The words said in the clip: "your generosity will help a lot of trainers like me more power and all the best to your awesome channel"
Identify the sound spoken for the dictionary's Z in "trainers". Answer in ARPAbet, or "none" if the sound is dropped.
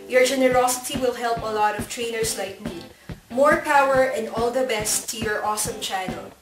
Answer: S